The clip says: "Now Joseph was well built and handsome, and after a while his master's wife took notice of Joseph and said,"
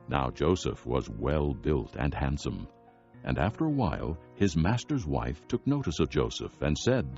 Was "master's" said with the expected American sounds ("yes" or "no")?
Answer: yes